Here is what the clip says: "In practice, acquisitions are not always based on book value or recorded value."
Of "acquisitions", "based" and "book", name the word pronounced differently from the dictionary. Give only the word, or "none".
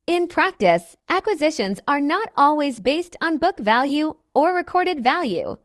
none